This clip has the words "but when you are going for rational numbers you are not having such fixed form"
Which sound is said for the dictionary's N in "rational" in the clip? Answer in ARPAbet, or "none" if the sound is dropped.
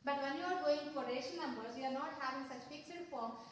none